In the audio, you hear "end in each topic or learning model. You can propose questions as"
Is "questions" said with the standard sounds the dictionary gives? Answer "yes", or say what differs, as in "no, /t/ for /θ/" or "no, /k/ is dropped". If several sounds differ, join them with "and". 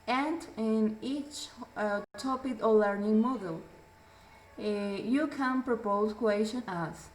no, /z/ is dropped